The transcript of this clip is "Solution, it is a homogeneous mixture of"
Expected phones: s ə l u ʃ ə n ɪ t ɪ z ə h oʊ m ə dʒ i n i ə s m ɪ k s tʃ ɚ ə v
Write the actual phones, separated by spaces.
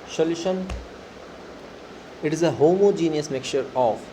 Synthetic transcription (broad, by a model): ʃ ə l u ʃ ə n ɪ t ɪ z ə h oʊ m ə dʒ i n i ə s m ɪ k tʃ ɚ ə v